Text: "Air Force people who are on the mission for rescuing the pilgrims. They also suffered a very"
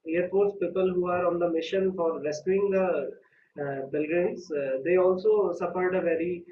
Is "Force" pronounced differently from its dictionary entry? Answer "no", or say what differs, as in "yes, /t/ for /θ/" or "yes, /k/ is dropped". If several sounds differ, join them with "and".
yes, /p/ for /f/